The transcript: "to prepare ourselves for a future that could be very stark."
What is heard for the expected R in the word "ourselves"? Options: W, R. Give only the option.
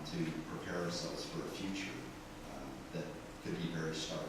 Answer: R